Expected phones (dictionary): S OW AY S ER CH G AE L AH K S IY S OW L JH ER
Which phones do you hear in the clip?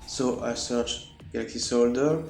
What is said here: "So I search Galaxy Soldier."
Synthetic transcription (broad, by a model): S OW AY S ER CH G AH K IY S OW L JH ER